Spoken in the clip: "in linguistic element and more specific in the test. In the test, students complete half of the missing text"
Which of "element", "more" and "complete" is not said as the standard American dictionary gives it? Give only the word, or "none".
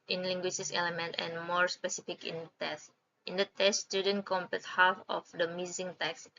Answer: complete